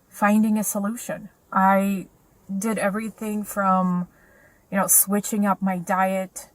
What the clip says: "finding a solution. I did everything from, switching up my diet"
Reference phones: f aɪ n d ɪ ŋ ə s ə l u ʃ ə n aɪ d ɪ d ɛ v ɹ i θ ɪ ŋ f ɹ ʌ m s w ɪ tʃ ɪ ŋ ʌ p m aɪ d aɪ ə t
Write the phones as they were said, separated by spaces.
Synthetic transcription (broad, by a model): f aɪ n d ɪ ŋ ə s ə l u ʃ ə n aɪ d ɪ d ɛ v ɹ i θ ɪ ŋ f ɹ ʌ m s w ɪ tʃ ɪ ŋ ʌ p m aɪ d aɪ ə t